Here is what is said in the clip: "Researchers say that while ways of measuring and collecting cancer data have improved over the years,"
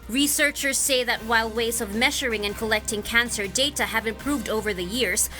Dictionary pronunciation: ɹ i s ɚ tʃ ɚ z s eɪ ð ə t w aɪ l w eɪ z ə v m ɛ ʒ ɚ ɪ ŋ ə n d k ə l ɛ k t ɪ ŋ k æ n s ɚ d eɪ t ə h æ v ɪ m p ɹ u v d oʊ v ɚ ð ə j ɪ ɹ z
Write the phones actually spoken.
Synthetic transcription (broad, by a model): ɹ i s ɚ tʃ ɚ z s eɪ ð ə t w aɪ l w eɪ z ə v m ɛ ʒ ɚ ɪ ŋ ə n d k ə l ɛ k t ɪ ŋ k æ n s ɚ d eɪ t ə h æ v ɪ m p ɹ u v d oʊ v ɚ ð ə j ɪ ɹ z